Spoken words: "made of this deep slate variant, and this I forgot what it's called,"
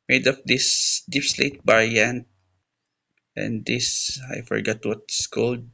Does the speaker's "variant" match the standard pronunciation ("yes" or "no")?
no